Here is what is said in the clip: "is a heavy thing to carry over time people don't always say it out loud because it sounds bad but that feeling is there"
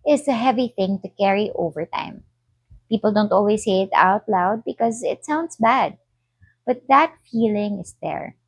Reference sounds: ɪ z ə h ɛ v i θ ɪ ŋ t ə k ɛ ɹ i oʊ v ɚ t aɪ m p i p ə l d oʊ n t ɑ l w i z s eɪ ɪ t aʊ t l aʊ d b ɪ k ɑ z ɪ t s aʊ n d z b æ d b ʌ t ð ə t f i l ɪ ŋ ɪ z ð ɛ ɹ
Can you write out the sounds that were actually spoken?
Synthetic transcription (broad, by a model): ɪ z ə h ɛ v i θ ɪ ŋ t ə k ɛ ɹ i oʊ v ɚ t aɪ m p i p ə l d oʊ n t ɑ l w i s eɪ ɪ t aʊ t l aʊ d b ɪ k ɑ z ɪ t s aʊ n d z b æ d b ʌ t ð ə t f i l ɪ ŋ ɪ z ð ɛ ɹ